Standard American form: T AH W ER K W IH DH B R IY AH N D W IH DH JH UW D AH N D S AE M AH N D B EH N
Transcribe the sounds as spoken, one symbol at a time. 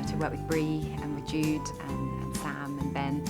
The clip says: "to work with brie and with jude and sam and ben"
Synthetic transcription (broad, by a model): T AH W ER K W IH DH B R IY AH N W IH DH JH UW D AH N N S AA M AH N B EH N